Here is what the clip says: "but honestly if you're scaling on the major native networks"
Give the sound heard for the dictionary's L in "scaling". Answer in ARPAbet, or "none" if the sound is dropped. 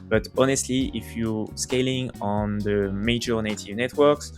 L